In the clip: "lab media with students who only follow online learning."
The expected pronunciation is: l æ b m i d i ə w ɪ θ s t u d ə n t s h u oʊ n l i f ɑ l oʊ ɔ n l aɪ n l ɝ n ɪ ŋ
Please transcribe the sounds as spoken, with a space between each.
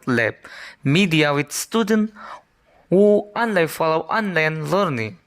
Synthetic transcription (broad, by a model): l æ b m i d i ə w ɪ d s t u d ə n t h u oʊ n l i f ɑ l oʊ ɔ n l aɪ n l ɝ n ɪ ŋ